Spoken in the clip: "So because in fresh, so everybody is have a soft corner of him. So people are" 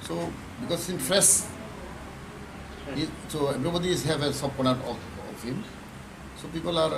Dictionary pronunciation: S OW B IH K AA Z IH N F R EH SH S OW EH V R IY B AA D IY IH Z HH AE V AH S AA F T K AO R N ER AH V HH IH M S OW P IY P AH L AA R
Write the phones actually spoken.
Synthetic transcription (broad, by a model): S OW B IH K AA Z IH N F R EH S S OW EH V R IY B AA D IY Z HH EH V AH S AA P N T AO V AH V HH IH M S OW P IY P AH L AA R